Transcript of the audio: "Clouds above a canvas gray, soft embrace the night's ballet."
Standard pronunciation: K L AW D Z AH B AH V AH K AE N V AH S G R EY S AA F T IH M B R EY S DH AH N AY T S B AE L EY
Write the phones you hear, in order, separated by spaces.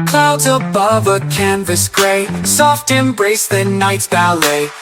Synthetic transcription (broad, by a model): K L AW D Z AH B AH V AH K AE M V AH S G R EY S AA F T IH M B R EY S DH AH N AY T S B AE L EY